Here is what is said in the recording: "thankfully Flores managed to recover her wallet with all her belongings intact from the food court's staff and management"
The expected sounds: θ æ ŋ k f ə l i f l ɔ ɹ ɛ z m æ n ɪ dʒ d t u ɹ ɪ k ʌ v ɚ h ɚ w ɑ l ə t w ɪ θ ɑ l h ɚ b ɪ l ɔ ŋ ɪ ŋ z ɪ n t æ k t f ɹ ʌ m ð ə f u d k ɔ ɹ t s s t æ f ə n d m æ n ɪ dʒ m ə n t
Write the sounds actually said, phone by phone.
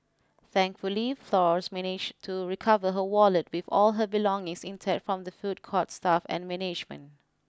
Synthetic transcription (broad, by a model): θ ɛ ŋ k f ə l i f l ɔ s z m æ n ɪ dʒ t u ɹ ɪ k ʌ v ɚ h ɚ w ɑ l ə t w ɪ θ ɑ l h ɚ b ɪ l ɔ ŋ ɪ ŋ s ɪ n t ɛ t f ɹ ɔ m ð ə f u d k ɔ t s s t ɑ f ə n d m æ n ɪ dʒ m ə n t